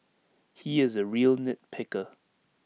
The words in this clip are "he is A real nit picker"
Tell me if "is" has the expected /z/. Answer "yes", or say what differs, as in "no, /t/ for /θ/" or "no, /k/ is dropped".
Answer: yes